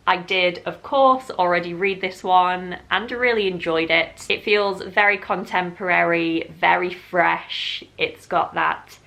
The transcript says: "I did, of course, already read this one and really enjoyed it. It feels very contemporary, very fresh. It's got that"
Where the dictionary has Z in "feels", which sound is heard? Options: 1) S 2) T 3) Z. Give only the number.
3